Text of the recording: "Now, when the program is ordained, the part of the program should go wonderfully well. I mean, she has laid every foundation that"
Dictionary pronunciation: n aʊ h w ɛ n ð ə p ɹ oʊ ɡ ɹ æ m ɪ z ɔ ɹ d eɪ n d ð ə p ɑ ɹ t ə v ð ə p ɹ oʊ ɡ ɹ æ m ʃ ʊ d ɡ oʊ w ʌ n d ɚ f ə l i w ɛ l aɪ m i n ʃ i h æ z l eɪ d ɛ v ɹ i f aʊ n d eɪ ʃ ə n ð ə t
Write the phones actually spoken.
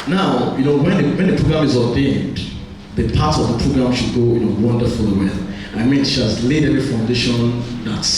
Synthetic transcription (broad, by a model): n aʊ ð w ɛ n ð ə p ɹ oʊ ɡ ɹ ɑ m ɪ z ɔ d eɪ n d ð ə p ɑ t ə v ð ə p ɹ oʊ ɡ ɹ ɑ m ʃ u d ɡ oʊ w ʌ n d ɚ f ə l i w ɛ n aɪ m i n ʃ i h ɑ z l eɪ d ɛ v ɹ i f aʊ n d eɪ ʃ ə n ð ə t